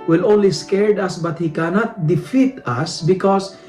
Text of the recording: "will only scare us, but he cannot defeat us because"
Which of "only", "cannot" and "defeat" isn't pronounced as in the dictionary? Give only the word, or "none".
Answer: none